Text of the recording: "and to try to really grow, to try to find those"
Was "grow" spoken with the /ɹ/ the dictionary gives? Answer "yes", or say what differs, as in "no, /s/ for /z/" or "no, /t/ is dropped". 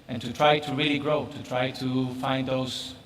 yes